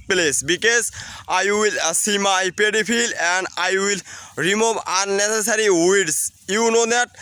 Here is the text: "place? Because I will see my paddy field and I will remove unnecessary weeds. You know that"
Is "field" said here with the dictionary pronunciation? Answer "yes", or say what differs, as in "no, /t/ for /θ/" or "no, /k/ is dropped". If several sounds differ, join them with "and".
no, /d/ is dropped